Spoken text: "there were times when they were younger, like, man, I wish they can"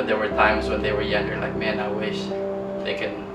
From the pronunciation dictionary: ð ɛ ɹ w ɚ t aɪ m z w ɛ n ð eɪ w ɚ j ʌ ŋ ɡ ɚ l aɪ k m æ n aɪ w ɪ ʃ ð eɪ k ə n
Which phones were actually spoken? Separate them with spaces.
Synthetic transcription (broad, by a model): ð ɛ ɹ w ɚ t aɪ m s w ɛ n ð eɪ w ɚ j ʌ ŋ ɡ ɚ l aɪ k m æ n aɪ w ɪ ʃ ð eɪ k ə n